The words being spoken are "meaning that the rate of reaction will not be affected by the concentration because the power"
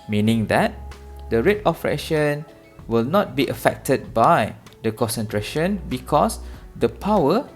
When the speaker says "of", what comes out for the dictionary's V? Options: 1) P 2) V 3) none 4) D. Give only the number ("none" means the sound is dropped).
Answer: 1